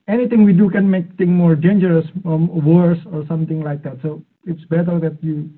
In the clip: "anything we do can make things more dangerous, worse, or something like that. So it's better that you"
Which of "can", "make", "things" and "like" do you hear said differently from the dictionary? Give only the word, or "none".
things